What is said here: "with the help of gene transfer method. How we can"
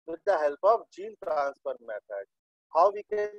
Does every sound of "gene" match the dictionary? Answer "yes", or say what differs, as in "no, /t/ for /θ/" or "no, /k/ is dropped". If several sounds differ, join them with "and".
no, /l/ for /n/